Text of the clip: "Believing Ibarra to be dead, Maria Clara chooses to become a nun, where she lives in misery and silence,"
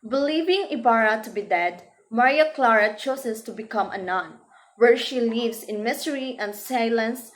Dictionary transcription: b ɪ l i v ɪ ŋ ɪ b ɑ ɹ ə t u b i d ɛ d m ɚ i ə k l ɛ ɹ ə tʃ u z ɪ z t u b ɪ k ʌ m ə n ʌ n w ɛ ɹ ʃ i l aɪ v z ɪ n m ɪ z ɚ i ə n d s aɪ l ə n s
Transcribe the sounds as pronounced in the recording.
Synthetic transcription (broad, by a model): b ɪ l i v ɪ ŋ ɪ b ɑ ɹ ə t u b i d ɛ d m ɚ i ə k l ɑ ɹ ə tʃ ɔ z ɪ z t u b ɪ k ʌ m ə n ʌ n w ɛ ɹ ʃ i l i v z ɪ n m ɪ s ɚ i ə n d s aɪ l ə n s